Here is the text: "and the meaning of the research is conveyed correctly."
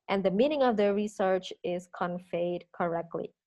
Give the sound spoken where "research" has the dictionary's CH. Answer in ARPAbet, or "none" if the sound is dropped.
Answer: CH